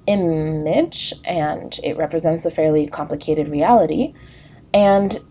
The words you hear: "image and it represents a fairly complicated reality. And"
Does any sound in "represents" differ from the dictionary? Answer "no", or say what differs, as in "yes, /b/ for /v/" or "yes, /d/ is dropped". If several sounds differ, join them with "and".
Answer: no